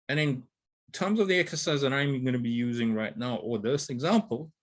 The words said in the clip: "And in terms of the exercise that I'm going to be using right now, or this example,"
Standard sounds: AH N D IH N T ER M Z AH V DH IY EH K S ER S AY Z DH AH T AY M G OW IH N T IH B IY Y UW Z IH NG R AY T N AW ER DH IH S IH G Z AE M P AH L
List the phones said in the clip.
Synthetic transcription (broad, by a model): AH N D IH N T ER M Z AH V DH IY EH K S ER S AY Z DH AH T AY M G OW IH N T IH B IY Y UW Z IH NG R AY T N AW ER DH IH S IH G Z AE M P L